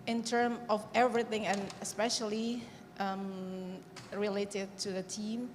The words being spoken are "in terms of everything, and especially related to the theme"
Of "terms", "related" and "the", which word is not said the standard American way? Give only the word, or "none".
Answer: terms